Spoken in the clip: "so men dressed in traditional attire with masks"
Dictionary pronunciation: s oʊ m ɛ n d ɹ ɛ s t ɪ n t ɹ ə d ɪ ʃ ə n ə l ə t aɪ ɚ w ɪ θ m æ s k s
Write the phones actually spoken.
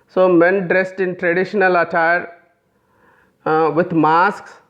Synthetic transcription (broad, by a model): s oʊ m ɛ n d ɹ ɛ s t ɪ n t ɹ ə d ɪ ʃ ə n ə l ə t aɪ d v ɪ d m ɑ s k s